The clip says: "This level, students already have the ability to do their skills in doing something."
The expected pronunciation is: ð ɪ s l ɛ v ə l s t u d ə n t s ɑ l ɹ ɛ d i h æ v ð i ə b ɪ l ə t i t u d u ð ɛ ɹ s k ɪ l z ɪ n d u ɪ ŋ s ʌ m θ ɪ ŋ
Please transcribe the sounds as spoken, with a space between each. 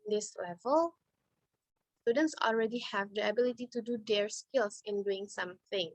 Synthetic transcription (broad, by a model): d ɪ s l ɛ v ə l s t u d ə n t s ɑ l ɹ ɛ d i h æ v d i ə b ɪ l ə t i t u d u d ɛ ɹ s k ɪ l s ɪ n d u ɪ ŋ s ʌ m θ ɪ ŋ